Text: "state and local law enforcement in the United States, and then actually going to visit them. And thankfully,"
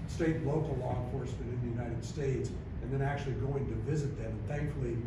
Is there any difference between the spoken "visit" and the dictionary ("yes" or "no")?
no